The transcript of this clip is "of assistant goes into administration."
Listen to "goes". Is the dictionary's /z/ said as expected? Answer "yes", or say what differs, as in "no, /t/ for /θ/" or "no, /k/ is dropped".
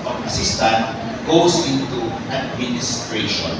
no, /s/ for /z/